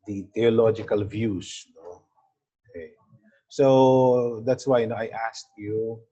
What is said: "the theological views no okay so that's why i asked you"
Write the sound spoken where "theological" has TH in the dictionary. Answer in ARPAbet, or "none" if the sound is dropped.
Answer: T